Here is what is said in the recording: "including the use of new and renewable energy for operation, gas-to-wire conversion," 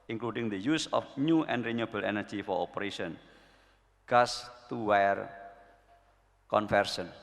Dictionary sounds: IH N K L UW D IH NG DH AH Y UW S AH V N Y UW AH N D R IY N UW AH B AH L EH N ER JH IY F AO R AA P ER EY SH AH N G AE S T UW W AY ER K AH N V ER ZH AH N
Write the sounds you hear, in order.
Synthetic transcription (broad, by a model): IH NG K L UW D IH NG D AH Y UW S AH F N Y UW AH N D R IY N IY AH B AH L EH N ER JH IY F AO R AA P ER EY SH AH N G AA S T UW W AY ER K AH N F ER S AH N